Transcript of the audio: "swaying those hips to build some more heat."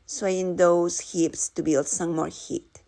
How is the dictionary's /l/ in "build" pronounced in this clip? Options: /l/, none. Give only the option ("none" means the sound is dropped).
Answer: /l/